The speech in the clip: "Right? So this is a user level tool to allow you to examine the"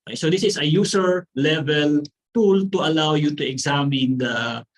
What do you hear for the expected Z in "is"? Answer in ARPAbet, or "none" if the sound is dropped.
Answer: S